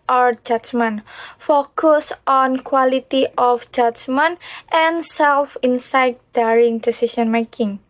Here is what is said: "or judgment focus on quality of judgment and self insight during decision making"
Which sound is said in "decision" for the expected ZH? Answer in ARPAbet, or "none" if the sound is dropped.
S